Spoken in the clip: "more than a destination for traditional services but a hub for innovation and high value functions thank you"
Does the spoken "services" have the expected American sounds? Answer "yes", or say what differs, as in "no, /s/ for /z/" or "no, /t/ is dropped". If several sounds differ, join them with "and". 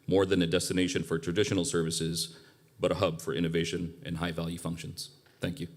yes